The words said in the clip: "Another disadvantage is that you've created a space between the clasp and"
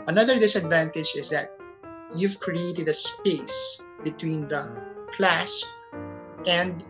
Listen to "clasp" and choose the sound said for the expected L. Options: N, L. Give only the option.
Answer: L